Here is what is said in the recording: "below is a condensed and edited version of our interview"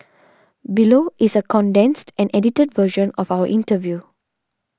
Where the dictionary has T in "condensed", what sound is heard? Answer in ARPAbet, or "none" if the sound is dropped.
T